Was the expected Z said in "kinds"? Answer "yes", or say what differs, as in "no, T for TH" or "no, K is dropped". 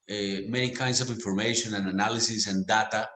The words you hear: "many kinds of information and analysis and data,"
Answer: no, S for Z